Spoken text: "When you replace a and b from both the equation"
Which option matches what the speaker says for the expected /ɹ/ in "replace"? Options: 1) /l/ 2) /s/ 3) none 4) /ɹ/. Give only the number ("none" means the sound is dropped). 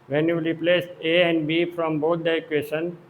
1